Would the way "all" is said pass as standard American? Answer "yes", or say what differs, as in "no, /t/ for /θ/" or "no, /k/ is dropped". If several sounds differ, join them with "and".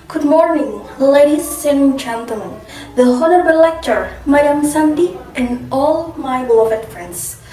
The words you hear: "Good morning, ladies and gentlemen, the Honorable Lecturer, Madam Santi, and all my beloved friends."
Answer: yes